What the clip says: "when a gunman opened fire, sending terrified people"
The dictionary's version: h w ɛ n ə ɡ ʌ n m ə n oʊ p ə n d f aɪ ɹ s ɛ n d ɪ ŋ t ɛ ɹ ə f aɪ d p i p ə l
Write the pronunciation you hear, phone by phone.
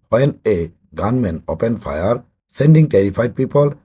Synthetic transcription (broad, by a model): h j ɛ n ə ɡ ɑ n m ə n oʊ p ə n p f aɪ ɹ s ɛ n d ɪ ŋ t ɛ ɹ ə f aɪ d p i p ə l